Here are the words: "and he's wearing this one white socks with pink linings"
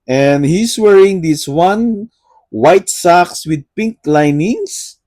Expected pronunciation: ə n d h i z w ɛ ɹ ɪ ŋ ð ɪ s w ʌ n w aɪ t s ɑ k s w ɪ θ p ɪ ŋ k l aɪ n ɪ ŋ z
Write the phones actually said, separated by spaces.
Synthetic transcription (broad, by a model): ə n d h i s w ɛ ɹ ɪ ŋ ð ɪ s w ʌ n w aɪ t s ɑ k s w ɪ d p ɪ ŋ k l aɪ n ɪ ŋ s